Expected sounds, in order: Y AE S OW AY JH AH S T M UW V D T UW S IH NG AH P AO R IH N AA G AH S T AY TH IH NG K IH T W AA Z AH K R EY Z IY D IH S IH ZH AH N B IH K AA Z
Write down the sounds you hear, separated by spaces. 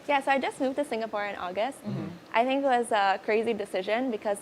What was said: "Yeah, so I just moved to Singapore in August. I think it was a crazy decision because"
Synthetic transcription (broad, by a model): Y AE S OW AY JH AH S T M UW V T UW S IH NG AH P AO R IH N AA G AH S T AY TH IH NG K IH T W AA Z AH K R EY Z IY D IH S IH ZH AH N B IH K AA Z